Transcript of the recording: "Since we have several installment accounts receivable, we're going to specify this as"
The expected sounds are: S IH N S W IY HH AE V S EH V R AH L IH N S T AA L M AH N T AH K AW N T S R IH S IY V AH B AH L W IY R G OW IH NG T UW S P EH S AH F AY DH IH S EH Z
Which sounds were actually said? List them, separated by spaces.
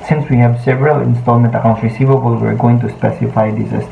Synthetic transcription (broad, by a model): S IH N S W IY HH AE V S EH V R AH L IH N S T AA L M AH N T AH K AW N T R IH S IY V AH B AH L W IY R G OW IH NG T UW S P EH S AH F AY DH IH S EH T